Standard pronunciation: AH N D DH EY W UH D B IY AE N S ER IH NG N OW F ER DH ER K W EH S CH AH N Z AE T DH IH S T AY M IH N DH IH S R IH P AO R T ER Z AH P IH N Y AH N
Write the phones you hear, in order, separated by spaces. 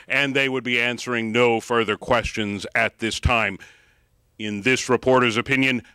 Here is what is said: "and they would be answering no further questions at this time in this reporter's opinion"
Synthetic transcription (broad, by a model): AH N DH EY W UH D B IY AE N S ER IH NG N OW F ER DH ER K W EH S CH AH N Z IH T DH IH S T AY M IH N DH IH S R IH P AO R T ER Z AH P IH N Y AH N